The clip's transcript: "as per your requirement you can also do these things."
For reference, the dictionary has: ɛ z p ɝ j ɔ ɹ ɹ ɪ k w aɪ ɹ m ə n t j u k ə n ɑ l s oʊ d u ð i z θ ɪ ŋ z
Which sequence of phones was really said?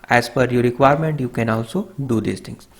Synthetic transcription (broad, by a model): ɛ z f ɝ j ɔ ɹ ɹ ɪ k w aɪ ɹ m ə n t j u k ə n ɑ l s oʊ d u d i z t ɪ ŋ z